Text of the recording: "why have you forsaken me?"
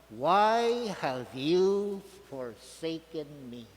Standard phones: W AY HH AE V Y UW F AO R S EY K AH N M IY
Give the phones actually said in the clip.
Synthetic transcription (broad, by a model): W AY HH AE V Y UW F AO R S EY K AH N M IY